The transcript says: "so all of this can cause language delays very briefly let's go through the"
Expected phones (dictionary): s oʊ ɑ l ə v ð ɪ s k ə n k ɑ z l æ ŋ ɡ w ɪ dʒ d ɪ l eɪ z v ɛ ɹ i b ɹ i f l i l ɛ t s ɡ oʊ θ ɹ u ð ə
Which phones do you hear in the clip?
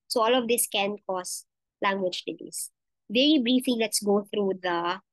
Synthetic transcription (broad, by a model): s oʊ ɑ l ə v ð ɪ s k ə n k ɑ s l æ ŋ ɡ w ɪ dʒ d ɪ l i s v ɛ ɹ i b ɹ i f i l ɛ t s ɡ oʊ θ ɹ u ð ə